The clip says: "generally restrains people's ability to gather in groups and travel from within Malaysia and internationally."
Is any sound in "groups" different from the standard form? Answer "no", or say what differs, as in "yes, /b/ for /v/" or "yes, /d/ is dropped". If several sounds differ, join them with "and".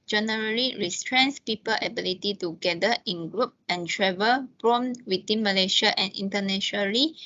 yes, /s/ is dropped